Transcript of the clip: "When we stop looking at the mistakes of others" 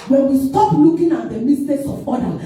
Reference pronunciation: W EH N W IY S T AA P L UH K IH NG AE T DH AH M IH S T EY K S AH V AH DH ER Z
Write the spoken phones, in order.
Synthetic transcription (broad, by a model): W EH N W IY S T AA P L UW K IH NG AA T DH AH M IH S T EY S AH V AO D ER